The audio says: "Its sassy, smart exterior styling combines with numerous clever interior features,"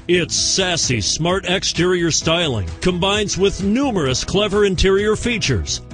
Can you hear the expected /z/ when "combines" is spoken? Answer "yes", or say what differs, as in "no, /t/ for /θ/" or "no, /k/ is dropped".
yes